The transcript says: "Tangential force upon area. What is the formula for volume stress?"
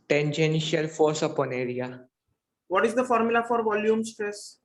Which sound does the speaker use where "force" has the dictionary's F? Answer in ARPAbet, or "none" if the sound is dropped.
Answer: F